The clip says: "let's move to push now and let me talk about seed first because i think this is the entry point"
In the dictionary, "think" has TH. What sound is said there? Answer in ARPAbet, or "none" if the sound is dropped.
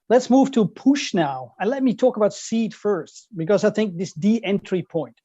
TH